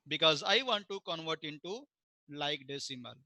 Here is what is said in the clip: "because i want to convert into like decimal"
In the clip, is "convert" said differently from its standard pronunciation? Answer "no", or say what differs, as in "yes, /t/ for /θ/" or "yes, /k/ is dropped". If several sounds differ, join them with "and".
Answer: no